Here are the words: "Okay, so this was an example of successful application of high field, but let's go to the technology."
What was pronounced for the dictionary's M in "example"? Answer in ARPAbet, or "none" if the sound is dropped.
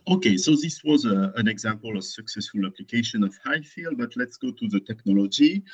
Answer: M